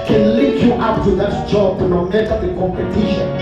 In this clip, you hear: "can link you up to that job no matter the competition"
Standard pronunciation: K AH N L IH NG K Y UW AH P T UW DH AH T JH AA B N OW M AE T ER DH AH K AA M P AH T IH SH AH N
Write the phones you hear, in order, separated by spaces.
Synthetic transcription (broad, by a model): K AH N L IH K Y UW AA P T UW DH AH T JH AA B N OW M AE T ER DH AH K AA M P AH T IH SH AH N